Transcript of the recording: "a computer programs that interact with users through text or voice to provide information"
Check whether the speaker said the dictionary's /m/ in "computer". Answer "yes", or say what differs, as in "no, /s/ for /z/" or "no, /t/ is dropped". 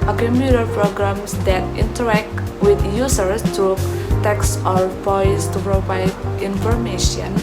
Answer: yes